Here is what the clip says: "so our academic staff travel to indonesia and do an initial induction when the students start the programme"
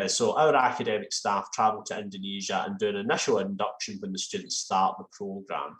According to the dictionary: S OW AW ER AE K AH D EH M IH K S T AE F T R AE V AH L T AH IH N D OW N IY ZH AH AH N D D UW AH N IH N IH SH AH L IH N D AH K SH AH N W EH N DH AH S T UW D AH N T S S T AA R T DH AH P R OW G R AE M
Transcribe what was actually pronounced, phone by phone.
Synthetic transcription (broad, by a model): S OW AW ER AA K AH D EH M IH K S T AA F T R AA V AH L T AH IH N D OW N IY ZH AH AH N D D UW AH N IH N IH SH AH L IH N D AH K SH AH N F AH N DH AH S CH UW D N T S S T AA R T DH AH P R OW G R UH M